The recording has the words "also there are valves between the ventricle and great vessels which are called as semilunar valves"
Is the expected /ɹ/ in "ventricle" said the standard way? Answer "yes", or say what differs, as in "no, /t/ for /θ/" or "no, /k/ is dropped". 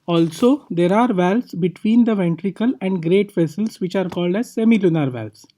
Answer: yes